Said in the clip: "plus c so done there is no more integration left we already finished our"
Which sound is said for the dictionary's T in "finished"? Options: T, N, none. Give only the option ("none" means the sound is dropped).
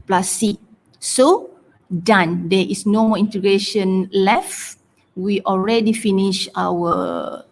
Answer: none